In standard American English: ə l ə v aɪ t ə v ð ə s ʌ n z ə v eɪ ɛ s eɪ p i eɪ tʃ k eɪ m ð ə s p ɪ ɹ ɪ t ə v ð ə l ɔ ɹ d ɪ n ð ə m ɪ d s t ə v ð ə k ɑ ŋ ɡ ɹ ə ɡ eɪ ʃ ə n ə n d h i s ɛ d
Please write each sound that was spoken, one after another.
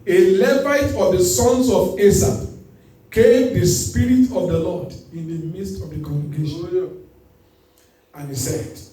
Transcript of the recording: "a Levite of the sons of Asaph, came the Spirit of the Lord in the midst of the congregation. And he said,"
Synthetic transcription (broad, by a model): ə l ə v aɪ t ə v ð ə s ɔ n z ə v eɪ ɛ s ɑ k eɪ m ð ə s p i ɹ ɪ t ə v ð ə l ɔ d ɪ n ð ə m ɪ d s t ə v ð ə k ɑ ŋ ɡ ə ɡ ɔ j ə ə n h i s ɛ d